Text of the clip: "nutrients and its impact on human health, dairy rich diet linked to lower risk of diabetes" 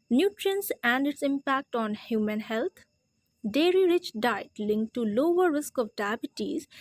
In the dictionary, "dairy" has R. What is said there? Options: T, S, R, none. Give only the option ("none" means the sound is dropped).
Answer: R